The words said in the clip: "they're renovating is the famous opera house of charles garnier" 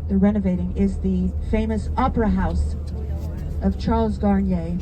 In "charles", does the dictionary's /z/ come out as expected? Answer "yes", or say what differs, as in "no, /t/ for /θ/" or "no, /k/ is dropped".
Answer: yes